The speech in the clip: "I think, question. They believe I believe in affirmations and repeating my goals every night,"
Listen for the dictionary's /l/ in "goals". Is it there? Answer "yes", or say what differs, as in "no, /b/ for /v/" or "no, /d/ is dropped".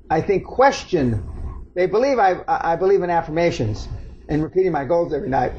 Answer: yes